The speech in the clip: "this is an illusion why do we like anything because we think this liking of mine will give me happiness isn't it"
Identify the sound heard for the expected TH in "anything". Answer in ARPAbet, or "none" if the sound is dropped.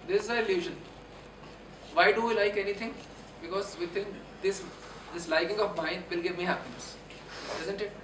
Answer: T